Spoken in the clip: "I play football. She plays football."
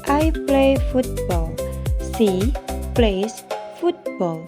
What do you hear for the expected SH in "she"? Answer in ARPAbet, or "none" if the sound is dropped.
S